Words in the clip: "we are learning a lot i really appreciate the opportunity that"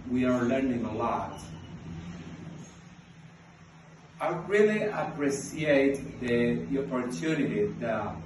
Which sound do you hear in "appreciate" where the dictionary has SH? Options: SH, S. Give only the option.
S